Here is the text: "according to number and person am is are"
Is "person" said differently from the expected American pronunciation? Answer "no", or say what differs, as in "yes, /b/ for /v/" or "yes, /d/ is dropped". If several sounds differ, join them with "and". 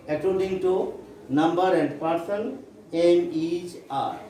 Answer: yes, /l/ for /n/